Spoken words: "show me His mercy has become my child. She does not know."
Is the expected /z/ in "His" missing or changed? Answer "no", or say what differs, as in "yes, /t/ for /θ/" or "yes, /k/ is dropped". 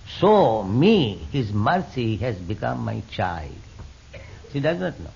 no